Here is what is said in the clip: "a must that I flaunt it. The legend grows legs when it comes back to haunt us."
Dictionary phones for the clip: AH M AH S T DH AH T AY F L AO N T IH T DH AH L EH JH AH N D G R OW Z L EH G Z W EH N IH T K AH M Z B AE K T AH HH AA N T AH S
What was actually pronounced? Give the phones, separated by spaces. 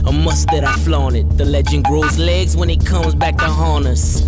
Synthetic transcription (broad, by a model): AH M AH S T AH T AY F L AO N IH T DH AH L EH JH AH N G R OW Z L EH G Z W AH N IH T K AH M Z B AE K T AH HH AA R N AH S